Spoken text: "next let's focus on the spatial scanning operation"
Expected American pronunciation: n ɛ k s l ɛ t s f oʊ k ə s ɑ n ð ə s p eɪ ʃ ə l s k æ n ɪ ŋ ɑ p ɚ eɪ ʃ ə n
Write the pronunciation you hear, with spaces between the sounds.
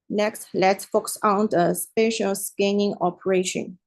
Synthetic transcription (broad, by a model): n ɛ k s l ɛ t f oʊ k s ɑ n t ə s p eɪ ʃ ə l s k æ n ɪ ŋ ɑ p ɚ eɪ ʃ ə n